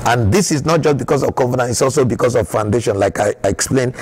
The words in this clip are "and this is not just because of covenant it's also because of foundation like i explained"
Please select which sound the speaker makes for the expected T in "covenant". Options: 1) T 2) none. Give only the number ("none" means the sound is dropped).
2